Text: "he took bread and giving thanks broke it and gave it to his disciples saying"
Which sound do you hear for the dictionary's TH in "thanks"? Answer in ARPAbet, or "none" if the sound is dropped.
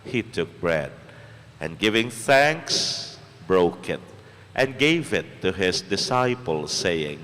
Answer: TH